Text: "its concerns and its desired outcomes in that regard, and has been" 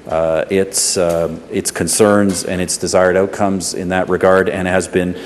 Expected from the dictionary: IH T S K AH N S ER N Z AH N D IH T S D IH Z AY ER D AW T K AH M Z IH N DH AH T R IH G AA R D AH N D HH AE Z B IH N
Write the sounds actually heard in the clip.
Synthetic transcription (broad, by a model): IH T S K AH N S ER N Z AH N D IH T S D IH Z AY ER D AW T K AH M Z IH N DH AH T R IH G AA R D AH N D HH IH Z B IH N